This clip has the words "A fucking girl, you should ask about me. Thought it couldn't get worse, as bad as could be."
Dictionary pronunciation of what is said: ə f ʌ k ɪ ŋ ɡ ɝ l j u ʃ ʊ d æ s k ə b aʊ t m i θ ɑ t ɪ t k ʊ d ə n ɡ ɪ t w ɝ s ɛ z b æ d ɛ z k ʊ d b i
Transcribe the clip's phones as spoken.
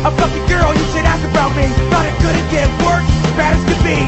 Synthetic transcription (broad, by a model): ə p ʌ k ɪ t ɡ ɝ l j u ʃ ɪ d æ s k ə b aʊ t m i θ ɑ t ɪ t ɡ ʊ d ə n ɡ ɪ w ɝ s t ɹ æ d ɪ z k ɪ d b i